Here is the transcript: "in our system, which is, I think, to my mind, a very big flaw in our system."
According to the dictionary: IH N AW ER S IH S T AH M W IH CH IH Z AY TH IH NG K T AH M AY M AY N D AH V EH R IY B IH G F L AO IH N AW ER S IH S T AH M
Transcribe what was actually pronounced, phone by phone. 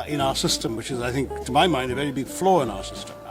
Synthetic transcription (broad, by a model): IH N AW ER S IH S T AH M W IH CH IH Z AY TH IH NG K T AH M AY M AY N D AH V EH R IY B IH G F L AO IH N AW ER S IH S T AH M